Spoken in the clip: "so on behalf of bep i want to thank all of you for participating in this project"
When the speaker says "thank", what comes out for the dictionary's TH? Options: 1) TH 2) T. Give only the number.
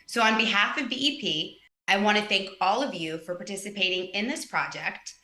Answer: 1